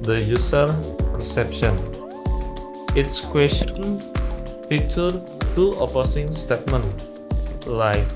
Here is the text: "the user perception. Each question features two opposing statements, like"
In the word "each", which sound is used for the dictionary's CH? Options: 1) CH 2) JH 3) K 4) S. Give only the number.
4